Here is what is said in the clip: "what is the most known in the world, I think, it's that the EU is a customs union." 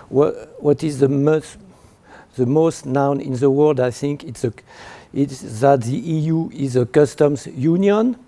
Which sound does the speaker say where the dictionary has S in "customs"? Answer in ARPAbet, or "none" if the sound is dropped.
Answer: S